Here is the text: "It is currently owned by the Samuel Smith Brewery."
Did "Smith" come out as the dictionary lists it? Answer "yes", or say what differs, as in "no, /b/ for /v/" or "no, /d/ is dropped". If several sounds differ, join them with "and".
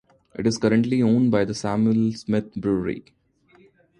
no, /t/ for /θ/